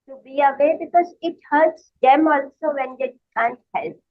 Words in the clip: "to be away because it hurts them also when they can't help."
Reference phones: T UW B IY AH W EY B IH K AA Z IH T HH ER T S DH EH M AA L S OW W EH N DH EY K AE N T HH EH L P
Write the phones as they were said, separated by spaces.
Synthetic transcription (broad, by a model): T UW B IY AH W EY B IH K AA Z IH T HH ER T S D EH M AA L S OW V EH N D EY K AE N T HH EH L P